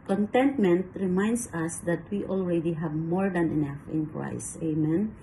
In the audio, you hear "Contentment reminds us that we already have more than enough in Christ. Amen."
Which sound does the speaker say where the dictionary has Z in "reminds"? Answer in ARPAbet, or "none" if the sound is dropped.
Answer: S